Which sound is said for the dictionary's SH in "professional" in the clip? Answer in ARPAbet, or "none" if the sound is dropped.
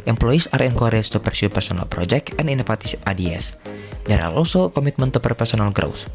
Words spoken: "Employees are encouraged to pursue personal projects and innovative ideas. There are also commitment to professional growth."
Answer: S